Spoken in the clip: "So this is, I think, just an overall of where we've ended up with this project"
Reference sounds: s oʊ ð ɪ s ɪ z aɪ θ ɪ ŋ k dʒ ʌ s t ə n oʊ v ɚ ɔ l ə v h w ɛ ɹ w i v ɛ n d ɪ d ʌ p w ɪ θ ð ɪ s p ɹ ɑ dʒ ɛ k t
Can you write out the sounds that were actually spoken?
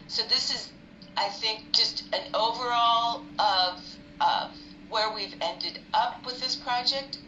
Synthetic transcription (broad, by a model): s oʊ ð ɪ s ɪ z aɪ θ ɪ ŋ k dʒ ʌ s t ə n oʊ v ɚ ɔ l ə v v w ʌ ɹ w i v ɛ n d ɪ d ʌ p w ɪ ð ɪ s p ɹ ɑ dʒ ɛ k t